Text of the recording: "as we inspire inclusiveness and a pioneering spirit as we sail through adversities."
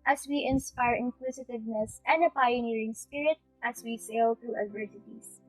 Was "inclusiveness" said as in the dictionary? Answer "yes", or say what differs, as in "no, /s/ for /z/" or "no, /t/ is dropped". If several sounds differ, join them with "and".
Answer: no, /w/ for /l/